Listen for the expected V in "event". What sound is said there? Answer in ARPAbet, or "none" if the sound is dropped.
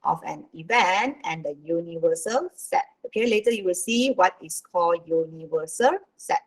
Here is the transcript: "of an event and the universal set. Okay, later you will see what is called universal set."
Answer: V